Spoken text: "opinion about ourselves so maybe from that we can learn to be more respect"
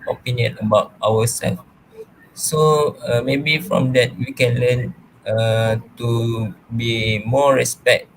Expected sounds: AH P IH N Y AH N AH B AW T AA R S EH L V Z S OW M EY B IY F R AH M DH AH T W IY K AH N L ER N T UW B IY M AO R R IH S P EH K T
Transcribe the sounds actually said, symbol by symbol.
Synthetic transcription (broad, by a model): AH P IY N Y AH N AH B AW T AA W S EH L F S OW M EY B IY F R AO M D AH T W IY K AH N L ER N T UW B IY M AO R R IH S P EH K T